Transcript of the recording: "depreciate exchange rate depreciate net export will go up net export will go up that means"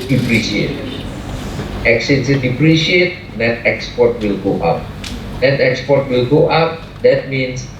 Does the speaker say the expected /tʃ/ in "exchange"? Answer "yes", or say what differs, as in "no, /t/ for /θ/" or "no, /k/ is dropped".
no, /tʃ/ is dropped